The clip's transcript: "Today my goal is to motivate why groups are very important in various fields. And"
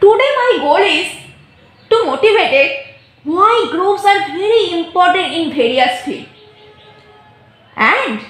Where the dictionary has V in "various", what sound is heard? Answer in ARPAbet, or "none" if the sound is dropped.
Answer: B